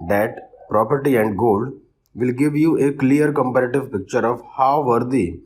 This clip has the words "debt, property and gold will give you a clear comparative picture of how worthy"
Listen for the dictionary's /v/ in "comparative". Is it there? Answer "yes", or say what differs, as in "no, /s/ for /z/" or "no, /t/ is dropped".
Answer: yes